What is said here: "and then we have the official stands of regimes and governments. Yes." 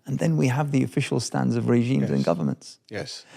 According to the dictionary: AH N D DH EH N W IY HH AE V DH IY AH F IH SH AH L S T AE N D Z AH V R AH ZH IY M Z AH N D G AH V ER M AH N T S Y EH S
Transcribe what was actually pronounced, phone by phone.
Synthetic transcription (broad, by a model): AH N DH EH N W IY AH V DH IY AH F IH SH AH L S T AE N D Z AH V R AH ZH IY M Z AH N G AH V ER M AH N T S Y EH S